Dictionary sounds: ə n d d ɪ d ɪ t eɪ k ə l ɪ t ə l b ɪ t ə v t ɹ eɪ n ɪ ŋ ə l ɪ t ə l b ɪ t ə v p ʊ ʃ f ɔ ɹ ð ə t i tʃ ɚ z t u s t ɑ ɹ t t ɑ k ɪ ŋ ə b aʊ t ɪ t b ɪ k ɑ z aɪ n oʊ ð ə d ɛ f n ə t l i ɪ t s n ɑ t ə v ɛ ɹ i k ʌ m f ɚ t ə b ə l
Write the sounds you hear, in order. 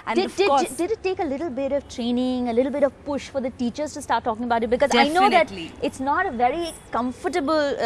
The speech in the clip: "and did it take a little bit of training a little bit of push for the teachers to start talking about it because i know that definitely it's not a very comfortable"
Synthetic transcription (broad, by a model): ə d d ɪ d ɪ t eɪ k ə l ɪ t l b ɪ t ə v t ɹ eɪ n ɪ ŋ ə l ɪ t l b ɪ t ə v p ʊ ʃ f ɔ ɹ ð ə t i tʃ ɚ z t u s t ɑ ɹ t t ɑ k ɪ ŋ ə b aʊ t ɪ t b ɪ k ɑ z aɪ n oʊ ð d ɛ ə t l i ɪ t s n ɑ t ə v ɛ ɹ i k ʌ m f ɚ t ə b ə l